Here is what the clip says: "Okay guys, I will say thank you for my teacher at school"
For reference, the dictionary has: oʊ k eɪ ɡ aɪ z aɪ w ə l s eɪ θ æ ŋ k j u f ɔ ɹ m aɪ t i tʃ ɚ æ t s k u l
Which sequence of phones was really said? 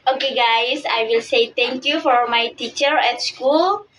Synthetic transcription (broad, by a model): oʊ k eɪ ɡ aɪ s aɪ w ə l s eɪ t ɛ ŋ k j u f ɔ ɹ m aɪ t i tʃ ɚ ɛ t s k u l